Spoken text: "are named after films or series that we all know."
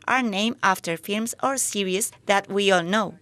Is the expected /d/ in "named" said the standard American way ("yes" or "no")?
no